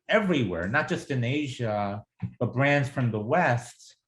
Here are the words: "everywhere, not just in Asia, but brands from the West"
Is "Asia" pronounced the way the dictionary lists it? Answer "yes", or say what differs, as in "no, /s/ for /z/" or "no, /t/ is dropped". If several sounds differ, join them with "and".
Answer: yes